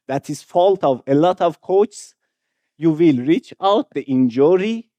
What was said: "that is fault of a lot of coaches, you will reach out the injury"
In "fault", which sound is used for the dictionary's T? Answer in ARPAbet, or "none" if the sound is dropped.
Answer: T